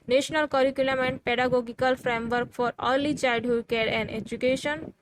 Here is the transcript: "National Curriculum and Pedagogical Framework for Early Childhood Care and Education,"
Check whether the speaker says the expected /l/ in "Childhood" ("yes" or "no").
no